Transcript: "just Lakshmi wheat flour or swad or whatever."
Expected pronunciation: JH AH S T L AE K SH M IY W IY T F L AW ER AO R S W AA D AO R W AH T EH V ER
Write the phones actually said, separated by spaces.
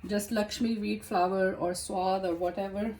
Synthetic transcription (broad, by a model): JH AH S T L AE K SH M IY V IY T F L AW ER AO R S W AA D AO R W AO T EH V ER